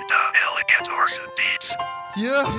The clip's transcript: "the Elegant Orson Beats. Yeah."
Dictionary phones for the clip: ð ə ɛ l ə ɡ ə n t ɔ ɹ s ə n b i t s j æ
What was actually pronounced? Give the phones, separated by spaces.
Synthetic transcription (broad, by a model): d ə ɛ l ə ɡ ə t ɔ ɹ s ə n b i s j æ